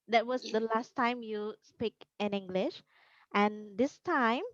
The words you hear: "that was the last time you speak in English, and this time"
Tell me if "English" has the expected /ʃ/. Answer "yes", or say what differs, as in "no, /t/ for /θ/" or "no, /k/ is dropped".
yes